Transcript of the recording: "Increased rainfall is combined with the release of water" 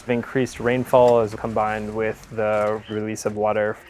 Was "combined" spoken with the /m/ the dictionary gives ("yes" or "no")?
yes